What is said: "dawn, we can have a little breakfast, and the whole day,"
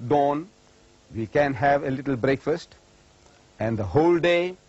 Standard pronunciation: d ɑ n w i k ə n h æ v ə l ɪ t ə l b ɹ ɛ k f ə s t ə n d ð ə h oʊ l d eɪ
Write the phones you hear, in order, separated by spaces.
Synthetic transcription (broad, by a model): d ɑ n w i k ə n h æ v ə l ɪ t ə l b ɹ ɛ k f ə s t ə n d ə h oʊ l d eɪ